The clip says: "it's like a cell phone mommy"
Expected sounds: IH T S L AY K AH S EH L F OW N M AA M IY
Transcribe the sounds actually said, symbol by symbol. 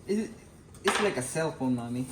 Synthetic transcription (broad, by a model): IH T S L AY K AH S EH L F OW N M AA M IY